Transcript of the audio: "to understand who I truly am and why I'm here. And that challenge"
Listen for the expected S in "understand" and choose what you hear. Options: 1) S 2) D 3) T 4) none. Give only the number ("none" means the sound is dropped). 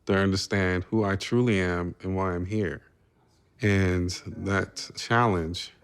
1